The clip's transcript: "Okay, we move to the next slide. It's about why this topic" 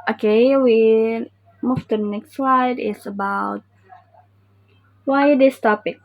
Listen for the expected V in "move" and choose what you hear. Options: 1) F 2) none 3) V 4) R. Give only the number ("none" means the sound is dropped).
1